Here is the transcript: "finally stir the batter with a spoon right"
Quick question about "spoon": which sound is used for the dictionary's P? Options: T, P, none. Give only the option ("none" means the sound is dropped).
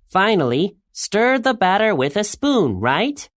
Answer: P